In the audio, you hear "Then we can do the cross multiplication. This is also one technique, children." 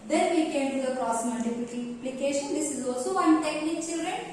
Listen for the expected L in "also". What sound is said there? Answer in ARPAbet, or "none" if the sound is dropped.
L